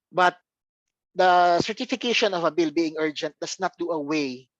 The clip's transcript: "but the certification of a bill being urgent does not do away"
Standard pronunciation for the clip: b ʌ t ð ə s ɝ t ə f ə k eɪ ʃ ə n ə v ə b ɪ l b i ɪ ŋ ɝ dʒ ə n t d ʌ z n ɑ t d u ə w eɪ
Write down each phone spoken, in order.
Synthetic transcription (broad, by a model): b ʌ t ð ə s ɝ t ə f ə k eɪ ʃ ə n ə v ə b ɪ l b i ɪ ŋ ɝ dʒ ə n t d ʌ s n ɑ t d u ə w eɪ